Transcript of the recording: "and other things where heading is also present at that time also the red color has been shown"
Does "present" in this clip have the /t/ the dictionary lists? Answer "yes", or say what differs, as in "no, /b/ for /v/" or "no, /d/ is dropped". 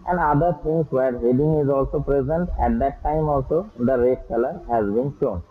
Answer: yes